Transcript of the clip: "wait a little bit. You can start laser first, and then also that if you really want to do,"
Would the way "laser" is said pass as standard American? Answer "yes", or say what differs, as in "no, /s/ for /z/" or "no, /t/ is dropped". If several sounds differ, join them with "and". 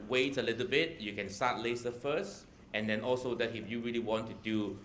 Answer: no, /s/ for /z/